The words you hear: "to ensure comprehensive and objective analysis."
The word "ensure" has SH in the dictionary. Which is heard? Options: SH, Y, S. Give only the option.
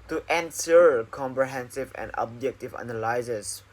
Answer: S